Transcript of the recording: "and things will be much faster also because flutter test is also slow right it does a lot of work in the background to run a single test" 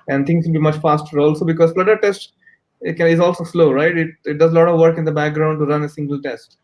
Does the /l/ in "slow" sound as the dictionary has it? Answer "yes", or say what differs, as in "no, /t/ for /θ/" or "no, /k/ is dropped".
yes